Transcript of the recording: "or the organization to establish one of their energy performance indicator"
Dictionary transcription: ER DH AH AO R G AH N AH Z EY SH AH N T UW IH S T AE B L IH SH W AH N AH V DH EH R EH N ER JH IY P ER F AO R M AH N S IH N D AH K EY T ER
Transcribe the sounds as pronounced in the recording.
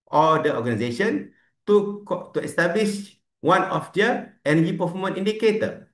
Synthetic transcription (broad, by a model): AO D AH AO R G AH N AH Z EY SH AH N T UW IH S T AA B L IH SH W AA N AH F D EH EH N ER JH IY P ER F AO M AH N IY N D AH K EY T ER